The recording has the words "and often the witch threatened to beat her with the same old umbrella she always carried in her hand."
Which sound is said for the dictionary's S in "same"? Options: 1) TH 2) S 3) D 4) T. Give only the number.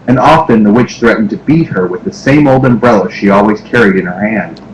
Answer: 2